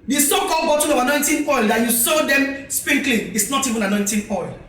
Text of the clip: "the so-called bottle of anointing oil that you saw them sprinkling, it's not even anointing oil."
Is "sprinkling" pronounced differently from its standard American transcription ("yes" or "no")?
yes